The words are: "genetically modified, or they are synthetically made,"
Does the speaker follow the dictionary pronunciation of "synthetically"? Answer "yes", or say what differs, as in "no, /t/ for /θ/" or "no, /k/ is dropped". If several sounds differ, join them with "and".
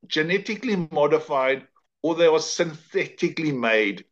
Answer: yes